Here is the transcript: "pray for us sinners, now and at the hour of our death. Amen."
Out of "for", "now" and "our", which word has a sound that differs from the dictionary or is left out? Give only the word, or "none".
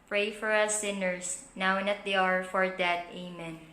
none